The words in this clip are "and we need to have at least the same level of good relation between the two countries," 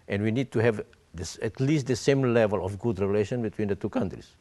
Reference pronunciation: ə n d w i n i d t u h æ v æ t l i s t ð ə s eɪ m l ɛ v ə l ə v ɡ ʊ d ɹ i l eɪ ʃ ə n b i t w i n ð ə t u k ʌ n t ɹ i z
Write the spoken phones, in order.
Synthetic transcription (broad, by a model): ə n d w i n i d t u h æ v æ t l i s t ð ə s eɪ m l ɛ v ə l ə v ɡ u d ɹ i l eɪ ʃ ə n b i t w i n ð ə t u k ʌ n t ɹ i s